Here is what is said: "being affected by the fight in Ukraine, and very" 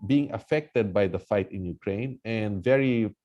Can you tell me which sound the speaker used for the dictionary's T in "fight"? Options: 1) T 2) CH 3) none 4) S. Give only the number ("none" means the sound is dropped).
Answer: 1